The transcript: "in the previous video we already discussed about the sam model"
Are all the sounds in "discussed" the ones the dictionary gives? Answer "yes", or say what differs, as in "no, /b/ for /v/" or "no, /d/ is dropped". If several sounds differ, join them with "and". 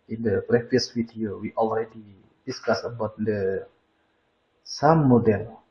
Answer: no, /t/ is dropped